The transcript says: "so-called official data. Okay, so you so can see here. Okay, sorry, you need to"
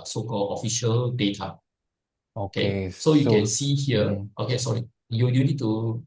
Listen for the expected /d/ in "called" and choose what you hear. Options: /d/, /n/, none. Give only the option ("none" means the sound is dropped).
none